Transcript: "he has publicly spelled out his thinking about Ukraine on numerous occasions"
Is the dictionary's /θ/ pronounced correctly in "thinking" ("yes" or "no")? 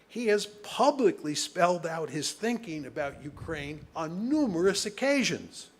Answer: yes